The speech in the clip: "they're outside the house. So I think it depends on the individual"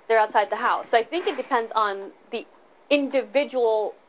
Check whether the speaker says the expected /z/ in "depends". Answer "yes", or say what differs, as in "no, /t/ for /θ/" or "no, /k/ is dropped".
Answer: yes